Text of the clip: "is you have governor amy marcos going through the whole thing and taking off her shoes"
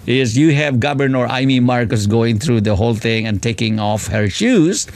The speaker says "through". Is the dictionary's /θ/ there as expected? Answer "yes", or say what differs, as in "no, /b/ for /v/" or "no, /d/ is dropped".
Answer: no, /t/ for /θ/